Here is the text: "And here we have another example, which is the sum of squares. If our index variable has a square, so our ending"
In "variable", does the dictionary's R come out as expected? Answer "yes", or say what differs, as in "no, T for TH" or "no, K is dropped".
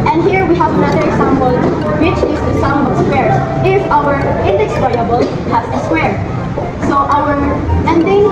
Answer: no, R is dropped